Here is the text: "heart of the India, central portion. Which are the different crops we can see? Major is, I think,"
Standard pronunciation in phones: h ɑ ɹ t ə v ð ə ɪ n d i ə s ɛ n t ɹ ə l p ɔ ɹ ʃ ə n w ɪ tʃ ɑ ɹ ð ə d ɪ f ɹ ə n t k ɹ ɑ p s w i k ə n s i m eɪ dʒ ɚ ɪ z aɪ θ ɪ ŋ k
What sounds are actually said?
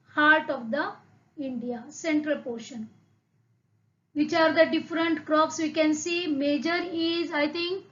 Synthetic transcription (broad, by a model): h ɑ ɹ t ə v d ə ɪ n d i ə s ɛ n t ɹ ə l p ɔ ɹ ʃ ə n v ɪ tʃ ɑ ɹ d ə d ɪ f ɹ ə n t k ɹ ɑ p s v i k ə n s i m eɪ dʒ ɚ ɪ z aɪ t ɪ ŋ k